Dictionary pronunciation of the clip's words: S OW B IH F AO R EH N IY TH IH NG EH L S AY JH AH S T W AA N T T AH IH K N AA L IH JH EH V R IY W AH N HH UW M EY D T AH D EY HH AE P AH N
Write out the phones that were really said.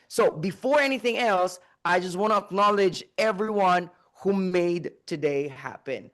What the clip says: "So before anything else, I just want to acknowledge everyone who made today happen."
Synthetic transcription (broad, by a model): S OW B IH F AO R EH N IY TH IH NG EH L S AY JH AH S T W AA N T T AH IH K N AA L IH JH EH V R IY W AH N HH UW M EY D T AH D EY HH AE P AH N